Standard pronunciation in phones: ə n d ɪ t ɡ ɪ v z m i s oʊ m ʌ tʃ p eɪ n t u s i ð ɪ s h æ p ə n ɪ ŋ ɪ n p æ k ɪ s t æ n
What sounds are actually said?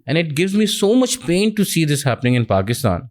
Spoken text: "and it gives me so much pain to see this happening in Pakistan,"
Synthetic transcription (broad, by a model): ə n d ɪ t ɡ ɪ v z m i s oʊ m ʌ tʃ p eɪ n t u s i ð ɪ s h æ p ə n ɪ ŋ ɪ n p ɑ k ɪ s t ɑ n